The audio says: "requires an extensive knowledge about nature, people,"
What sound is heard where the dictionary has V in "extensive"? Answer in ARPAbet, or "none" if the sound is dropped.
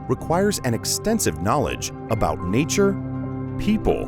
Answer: V